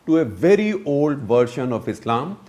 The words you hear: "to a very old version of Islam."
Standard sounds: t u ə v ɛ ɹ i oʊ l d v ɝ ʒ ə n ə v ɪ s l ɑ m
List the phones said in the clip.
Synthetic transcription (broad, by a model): t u ə v ɛ ɹ i oʊ l d v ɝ ʃ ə n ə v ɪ s l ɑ m